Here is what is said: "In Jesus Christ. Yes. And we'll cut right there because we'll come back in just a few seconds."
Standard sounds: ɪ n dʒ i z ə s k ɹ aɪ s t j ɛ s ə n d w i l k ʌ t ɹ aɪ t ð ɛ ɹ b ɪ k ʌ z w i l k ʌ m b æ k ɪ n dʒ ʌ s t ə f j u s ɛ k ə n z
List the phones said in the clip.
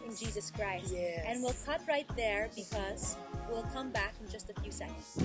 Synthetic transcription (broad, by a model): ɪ n dʒ i z ə s k ɹ aɪ s t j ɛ ə n w i l k ʌ t ɹ aɪ t ð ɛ ɹ b ɪ k ʌ z w i l k ʌ m b æ k ɪ n dʒ ʌ s t ə f j u s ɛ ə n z